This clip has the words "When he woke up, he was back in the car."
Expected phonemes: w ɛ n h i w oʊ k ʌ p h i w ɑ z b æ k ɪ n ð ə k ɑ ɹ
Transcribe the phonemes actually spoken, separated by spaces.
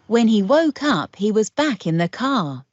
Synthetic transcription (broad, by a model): w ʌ n i w oʊ k ʌ p h i w ɑ z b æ k ɪ n ð ə k ɑ